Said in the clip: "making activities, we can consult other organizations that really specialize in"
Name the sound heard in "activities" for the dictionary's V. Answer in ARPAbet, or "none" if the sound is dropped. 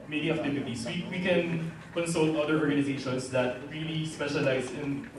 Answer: P